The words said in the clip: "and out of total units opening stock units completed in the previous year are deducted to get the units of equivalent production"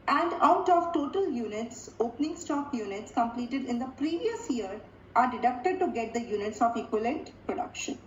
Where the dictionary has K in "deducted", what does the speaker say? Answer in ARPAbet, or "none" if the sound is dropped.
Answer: K